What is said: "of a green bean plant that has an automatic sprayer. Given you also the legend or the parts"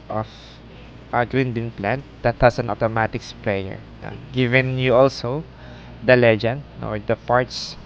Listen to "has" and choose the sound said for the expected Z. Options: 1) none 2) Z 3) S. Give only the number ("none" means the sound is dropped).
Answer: 3